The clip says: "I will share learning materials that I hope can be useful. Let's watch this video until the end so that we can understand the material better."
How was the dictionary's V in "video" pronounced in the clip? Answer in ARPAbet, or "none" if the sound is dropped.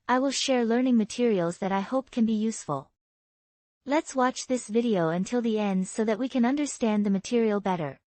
V